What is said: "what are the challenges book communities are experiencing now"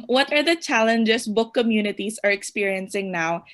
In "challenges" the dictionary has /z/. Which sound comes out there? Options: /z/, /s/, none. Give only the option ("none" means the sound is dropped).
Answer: /s/